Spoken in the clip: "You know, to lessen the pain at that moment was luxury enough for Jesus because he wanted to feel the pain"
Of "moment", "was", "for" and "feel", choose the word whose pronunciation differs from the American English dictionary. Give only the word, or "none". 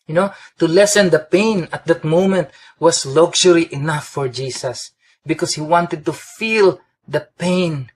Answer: was